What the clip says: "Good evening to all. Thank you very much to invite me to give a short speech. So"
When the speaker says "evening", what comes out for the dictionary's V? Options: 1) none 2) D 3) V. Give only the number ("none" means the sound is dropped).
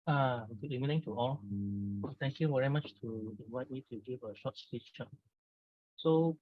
1